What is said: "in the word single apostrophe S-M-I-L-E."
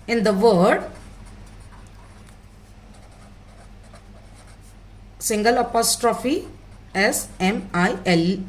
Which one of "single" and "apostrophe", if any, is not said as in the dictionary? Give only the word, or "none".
none